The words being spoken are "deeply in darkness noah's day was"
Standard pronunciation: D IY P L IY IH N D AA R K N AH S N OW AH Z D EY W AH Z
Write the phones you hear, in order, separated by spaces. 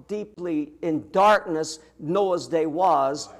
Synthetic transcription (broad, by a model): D IY P L IY IH N D AA R K N AH S N OW AH Z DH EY W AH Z